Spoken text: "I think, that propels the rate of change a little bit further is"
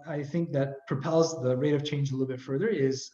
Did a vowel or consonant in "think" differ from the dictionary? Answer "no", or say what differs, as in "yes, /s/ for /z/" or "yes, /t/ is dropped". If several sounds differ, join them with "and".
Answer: no